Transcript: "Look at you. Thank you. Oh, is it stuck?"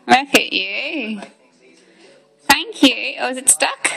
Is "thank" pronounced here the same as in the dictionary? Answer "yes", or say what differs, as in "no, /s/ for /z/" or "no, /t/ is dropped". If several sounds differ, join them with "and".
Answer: yes